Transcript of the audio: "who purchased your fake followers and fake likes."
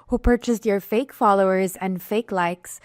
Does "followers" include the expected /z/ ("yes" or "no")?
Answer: yes